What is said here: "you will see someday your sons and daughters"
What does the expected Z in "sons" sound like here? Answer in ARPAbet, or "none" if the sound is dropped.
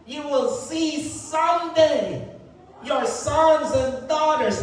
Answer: Z